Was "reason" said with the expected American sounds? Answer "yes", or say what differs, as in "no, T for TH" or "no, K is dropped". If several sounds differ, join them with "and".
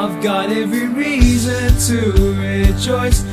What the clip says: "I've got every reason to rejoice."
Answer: yes